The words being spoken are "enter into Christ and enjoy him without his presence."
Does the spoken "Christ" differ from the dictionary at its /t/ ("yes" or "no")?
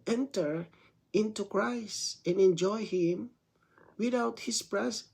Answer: no